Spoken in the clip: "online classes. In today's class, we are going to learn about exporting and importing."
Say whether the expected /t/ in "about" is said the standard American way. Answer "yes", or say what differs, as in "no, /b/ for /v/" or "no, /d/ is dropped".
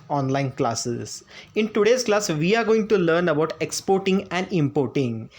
yes